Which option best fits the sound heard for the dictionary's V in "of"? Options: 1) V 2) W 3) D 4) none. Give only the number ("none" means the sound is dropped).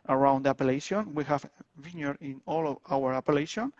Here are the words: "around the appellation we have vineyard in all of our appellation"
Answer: 2